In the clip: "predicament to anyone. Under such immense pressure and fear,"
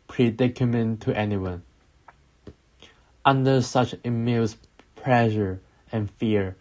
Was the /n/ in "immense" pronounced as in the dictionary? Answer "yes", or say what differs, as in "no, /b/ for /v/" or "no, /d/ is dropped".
no, /l/ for /n/